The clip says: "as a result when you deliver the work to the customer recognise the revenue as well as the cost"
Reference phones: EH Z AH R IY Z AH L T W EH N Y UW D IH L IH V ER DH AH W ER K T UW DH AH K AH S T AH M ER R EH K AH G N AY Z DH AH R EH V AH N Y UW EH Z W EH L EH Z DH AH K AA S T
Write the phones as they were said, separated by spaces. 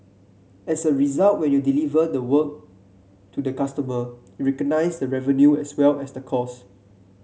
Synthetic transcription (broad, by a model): EH S AH R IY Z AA L T W EH N Y UW D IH L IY V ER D AH W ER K T UW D AH K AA S T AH M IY R EH K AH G N AY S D AH R EH V AH N Y UW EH S W EH L EH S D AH K AA S